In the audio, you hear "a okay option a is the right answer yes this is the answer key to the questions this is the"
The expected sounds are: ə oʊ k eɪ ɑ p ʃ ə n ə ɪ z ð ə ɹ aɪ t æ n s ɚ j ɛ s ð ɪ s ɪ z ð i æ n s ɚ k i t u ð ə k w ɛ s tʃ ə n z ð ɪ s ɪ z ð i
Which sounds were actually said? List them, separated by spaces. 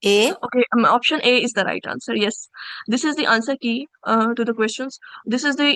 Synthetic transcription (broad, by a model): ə oʊ k eɪ ɑ p ʃ ə n ə ɪ z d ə ɹ aɪ t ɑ n s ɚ j ɛ s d ɪ s ɪ z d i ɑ n s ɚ k i t u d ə k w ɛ s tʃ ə n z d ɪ s ɪ z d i